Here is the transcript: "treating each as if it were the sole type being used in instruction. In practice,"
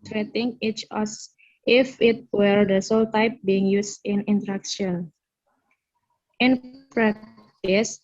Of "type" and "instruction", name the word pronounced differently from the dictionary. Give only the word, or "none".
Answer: instruction